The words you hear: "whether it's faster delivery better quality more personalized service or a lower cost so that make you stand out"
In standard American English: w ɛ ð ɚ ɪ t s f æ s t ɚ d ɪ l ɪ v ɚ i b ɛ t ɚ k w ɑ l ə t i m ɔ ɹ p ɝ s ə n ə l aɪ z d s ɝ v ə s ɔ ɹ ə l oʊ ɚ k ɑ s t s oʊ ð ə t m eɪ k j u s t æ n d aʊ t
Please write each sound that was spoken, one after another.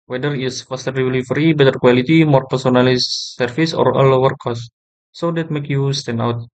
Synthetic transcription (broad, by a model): w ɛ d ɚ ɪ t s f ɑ s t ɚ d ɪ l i f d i b ɛ t ɚ k w ɑ l ə t i m ɔ ɹ p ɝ s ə n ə l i s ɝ f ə s ɔ ɹ ə l oʊ ɚ k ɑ s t s oʊ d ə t m eɪ k j u s t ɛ n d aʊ t